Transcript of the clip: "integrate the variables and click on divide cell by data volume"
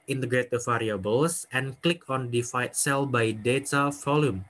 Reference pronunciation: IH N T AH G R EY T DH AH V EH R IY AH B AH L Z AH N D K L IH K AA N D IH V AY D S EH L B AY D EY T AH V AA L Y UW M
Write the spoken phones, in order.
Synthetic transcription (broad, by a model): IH N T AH G R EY T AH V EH R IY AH B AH L S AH N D K L IH K AA N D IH F AY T S EH L B AY D EY T AH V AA L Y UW M